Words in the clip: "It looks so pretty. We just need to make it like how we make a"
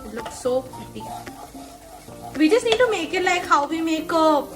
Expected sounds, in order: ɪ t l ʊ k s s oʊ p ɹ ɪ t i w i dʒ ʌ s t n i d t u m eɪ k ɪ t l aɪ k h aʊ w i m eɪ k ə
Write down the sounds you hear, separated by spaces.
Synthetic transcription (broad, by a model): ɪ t l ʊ k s s oʊ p ɛ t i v i dʒ ʌ s t n i d t u m eɪ k ɪ t l aɪ k h aʊ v i m eɪ k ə